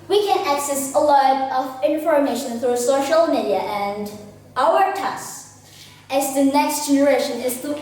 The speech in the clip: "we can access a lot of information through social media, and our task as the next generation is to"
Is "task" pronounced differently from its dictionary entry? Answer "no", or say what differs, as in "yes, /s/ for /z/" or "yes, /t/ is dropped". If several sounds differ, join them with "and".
yes, /k/ is dropped